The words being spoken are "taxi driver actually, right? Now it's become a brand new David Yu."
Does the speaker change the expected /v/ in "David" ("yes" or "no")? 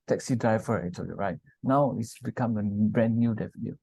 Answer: yes